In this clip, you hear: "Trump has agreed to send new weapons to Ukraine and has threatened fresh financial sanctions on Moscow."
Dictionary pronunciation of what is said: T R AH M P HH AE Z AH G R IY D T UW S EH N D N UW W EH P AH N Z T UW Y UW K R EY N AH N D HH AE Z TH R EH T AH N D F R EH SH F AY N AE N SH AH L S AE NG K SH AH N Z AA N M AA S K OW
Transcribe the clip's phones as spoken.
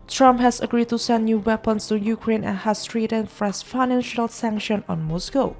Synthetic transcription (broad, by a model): T R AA M P HH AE S AH G R IY D T UW S EH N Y UW W EH P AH N S T UW Y UW K R EY N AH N HH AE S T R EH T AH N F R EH S F AY N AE N SH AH L S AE NG K SH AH N AA N M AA S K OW